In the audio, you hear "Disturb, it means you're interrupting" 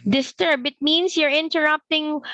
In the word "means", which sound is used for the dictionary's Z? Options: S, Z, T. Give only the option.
S